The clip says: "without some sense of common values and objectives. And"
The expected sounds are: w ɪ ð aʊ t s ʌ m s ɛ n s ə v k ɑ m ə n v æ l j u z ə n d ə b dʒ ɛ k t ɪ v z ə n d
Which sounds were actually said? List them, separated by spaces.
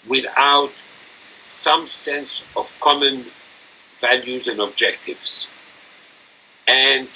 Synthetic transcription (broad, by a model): w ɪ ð aʊ t s ʌ m s ɛ n s ə v k ɑ m ə n v æ l j u z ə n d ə b dʒ ɛ k t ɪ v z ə n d